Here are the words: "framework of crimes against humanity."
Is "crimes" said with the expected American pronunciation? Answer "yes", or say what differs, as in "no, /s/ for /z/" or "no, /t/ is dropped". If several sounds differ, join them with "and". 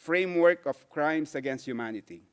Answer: no, /s/ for /z/